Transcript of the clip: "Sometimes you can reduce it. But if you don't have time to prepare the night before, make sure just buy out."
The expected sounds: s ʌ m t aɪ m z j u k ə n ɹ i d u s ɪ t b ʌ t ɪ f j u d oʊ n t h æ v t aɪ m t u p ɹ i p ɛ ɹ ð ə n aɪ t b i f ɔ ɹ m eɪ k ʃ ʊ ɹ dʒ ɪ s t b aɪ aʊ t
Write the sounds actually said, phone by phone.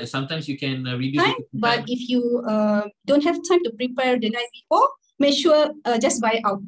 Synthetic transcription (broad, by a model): s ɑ m t aɪ m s j u k ə n ɹ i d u ɪ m b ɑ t ɪ f j u d oʊ n t h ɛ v t aɪ m t u p ɹ i p ɛ ɹ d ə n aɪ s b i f ɔ m eɪ k ʃ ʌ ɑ dʒ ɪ s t b aɪ aʊ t